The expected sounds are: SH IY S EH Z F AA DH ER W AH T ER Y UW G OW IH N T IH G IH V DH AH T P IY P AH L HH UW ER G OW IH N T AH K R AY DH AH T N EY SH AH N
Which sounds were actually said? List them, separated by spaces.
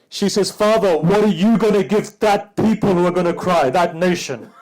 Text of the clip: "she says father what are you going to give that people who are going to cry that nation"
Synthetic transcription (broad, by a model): SH IY S EH Z F AA DH ER W AH T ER Y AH G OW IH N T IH G IH V DH AH T P IY P AH L HH UW ER G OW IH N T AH K R AY DH AH T N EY SH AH N